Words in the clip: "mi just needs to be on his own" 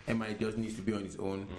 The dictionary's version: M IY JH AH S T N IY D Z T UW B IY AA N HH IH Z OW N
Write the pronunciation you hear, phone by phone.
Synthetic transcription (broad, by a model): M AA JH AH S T N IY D T UW B IY AA N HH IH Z OW N